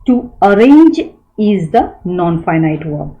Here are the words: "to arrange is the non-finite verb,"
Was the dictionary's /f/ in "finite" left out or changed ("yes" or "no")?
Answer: no